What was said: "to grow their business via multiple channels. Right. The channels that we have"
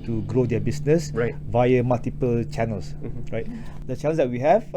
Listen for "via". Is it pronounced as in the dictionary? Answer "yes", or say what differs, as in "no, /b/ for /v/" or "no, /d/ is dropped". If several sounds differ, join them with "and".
yes